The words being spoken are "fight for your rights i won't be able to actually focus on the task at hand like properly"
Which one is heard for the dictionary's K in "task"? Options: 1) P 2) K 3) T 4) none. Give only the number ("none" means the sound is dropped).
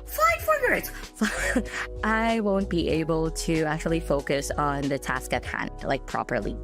2